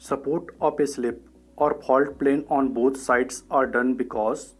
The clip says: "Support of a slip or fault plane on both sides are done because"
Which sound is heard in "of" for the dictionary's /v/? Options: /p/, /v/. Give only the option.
/p/